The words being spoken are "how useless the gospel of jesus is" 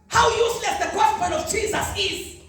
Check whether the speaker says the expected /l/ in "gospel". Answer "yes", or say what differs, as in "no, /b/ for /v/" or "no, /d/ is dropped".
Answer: no, /n/ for /l/